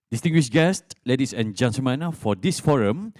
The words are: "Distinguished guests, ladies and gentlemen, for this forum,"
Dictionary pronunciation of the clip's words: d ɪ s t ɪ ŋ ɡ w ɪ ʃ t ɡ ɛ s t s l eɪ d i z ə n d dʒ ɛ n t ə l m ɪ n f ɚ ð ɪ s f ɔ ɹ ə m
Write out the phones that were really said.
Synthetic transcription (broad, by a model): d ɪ s t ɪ ŋ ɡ w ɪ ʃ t ɡ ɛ s t l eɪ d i s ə n dʒ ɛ n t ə m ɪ n f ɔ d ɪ s f ɔ ɹ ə m